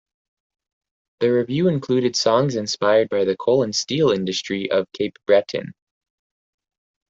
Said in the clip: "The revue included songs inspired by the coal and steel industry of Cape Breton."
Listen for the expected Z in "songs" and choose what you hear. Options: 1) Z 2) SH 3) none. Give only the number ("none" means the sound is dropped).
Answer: 1